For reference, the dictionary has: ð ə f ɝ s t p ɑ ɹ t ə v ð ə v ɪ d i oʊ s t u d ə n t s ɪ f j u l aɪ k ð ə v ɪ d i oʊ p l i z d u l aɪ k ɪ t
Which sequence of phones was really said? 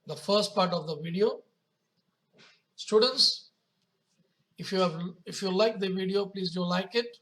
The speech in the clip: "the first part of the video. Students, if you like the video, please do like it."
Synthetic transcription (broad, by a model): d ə f ɝ s t p ɑ ɹ t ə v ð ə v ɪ d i oʊ s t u d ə n t s ɪ f j u l aɪ k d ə v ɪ d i oʊ p l i z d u l aɪ k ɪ t